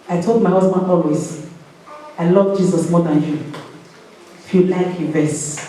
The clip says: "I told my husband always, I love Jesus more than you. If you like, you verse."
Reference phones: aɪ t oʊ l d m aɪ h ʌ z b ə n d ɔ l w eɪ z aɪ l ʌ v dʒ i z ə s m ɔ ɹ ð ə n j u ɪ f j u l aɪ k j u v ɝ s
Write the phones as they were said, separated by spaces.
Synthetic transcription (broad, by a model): aɪ t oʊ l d m aɪ h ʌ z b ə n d ɔ l w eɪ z aɪ l ʌ v dʒ i z ə s m ɔ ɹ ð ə n j u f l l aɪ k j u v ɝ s